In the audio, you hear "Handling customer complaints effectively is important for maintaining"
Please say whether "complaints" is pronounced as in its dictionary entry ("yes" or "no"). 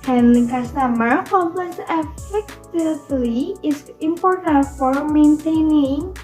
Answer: no